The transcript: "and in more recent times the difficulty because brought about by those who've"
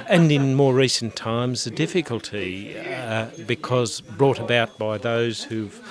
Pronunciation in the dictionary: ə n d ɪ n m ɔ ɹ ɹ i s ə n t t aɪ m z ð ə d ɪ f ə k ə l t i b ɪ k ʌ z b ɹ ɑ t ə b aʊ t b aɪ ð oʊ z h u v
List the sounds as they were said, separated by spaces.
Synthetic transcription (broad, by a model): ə n ɪ n m ɔ ɹ ɹ i s n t t aɪ m z ð ə d ɪ f ə k ə l t i b ɪ k ʌ z b ɹ ɑ t ə b aʊ t b aɪ ð oʊ z h u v